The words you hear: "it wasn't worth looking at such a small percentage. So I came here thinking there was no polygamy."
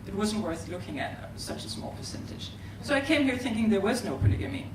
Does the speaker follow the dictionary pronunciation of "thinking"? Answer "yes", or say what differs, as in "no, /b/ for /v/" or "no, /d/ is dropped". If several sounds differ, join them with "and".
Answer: yes